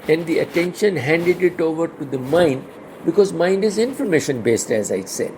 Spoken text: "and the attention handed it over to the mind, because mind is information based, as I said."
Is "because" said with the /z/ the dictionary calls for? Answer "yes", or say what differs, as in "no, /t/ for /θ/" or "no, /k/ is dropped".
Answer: yes